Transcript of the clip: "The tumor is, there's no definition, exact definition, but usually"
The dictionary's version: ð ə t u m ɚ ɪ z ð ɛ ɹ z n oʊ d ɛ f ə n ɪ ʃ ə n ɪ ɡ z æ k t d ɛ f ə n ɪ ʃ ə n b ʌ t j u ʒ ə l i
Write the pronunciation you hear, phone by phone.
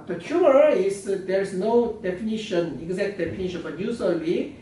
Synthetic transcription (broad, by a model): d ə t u ɚ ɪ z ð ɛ ɹ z n oʊ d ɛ f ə n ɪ ʃ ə n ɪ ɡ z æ k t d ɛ f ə n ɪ ʃ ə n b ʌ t j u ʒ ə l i